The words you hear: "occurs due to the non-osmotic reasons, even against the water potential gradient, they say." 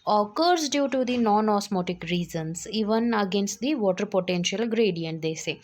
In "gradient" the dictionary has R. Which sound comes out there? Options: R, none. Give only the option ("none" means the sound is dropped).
R